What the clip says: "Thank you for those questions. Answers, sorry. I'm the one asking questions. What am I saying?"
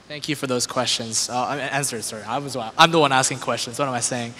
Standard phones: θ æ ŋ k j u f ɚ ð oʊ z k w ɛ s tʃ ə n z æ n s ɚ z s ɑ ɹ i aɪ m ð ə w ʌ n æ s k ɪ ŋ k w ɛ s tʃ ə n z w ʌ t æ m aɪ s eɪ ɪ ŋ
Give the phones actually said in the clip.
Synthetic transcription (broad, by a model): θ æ ŋ k j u f ɚ ð oʊ z k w ɛ s tʃ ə n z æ n s ɚ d s ɑ w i aɪ m ð ə w ʌ n æ s k ɪ ŋ k w ɛ s tʃ ə n z w ʌ t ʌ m aɪ s eɪ ɪ ŋ